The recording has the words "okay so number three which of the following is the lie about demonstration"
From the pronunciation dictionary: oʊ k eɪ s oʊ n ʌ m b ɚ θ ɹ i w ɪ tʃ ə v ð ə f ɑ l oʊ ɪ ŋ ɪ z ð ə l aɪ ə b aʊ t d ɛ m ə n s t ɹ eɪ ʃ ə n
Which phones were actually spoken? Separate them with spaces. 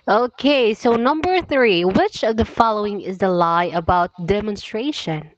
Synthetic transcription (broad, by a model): oʊ k eɪ s oʊ n ʌ m b ɚ θ ɹ i w ɪ tʃ ə v ð ə f ɑ l oʊ ɪ ŋ ɪ z ð ə l aɪ ə b aʊ t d ɛ m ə n s t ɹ eɪ ʃ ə n